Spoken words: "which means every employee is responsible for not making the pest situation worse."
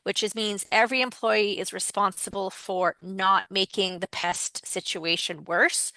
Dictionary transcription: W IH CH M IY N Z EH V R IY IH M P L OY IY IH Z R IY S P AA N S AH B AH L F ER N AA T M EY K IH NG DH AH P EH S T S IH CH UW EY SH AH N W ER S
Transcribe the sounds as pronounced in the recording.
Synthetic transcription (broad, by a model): W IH CH M IY N Z EH V R IY IH M P L OY IY IH Z R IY S P AA N S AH B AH L F ER N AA T M EY K IH NG DH AH P EH S T S IH CH UW EY SH AH N W ER S